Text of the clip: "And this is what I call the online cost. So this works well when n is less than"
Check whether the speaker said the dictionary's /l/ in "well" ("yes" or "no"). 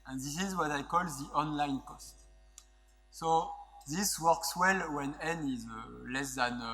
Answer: yes